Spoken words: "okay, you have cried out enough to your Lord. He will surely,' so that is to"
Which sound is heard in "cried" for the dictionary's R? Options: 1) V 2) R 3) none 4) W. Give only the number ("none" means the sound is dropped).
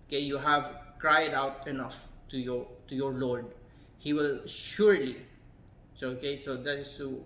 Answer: 2